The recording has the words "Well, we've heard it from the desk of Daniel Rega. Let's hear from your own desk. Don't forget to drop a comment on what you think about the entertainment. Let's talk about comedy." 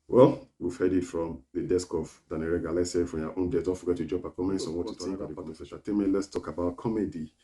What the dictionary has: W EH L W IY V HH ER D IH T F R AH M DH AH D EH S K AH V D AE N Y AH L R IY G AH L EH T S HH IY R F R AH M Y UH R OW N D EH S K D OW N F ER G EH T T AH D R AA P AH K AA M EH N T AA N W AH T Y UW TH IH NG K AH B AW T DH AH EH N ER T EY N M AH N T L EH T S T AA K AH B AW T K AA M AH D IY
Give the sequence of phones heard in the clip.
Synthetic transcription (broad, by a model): W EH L W IY V HH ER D IH T F R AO M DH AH D EH S K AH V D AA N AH R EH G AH L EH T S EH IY F R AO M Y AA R OW N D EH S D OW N F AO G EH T T AH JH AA P AH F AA M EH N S AA N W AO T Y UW T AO K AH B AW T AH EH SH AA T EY M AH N L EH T S T AA K AH B AW T K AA M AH D IY